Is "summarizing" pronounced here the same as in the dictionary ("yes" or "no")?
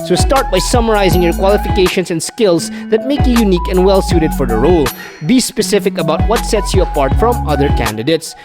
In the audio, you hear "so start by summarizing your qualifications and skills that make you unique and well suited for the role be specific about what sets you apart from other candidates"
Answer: yes